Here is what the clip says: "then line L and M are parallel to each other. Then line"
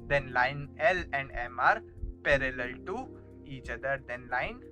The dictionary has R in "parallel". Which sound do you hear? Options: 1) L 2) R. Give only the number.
2